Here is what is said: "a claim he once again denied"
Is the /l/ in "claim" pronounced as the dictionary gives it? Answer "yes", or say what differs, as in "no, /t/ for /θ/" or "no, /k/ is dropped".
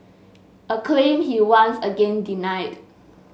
yes